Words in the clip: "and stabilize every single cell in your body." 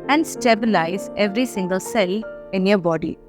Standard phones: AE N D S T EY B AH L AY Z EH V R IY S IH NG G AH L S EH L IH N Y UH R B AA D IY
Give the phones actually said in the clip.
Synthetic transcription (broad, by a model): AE N D S T EY B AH L AY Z EH V R IY S IH NG G AH L S EH L IH N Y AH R B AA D IY